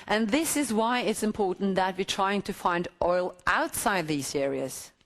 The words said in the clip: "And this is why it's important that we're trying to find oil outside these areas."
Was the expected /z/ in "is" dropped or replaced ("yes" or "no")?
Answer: no